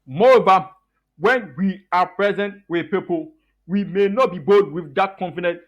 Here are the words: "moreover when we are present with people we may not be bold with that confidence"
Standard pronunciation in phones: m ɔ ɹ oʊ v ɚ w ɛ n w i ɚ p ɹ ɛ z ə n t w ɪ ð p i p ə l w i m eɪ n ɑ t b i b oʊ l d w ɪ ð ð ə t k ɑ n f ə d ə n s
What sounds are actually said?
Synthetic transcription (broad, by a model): m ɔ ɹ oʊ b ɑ w ɛ n w i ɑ p ɹ ɛ z ə n t w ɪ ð p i p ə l w i m eɪ n ɑ t b i b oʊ d w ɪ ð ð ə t k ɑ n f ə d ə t